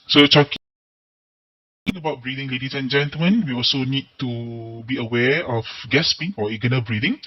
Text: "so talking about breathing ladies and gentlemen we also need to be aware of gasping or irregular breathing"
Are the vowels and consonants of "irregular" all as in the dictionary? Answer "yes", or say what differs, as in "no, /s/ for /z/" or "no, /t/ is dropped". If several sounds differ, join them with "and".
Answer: no, /n/ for /l/